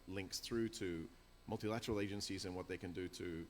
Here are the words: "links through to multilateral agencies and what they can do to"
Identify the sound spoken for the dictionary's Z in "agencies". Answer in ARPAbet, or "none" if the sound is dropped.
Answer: Z